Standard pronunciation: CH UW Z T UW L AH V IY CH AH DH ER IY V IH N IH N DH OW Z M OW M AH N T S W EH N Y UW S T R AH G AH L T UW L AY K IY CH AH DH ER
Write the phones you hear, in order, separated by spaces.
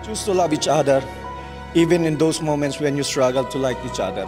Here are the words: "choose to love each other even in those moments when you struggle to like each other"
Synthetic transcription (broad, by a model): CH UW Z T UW L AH B IY CH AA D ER IY V IH N IH N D OW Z M OW M AH N T S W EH N Y UW S T R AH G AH L T UW L AY K IY CH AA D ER